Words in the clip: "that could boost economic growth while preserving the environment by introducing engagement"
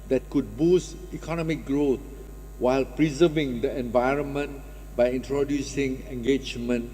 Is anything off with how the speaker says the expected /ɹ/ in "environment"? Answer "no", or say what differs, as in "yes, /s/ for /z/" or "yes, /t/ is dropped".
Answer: no